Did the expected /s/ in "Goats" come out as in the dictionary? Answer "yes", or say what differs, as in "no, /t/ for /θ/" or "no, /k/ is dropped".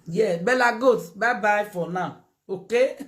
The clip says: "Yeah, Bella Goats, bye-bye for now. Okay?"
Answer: no, /s/ is dropped